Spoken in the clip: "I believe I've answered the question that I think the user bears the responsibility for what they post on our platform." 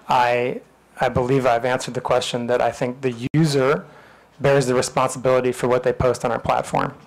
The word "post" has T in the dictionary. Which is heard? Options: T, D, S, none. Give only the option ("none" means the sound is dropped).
T